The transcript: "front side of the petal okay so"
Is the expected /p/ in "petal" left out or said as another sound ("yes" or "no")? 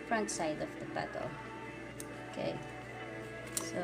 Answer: yes